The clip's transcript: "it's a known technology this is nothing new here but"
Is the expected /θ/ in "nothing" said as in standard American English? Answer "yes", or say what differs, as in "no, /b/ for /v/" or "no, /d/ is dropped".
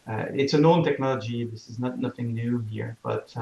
yes